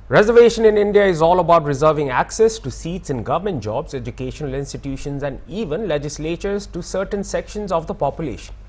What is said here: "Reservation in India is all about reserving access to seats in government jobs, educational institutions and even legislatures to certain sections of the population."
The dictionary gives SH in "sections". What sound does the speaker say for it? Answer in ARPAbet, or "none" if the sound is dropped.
SH